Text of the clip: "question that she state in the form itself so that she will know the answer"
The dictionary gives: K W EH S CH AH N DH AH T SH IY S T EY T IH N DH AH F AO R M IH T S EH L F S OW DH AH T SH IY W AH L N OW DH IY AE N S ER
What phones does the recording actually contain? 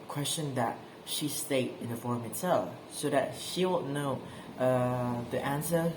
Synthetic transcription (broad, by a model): K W EH S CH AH N DH AH T SH IY S T EY T IH N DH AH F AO R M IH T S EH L S OW DH AH T SH IY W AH N N OW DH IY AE N S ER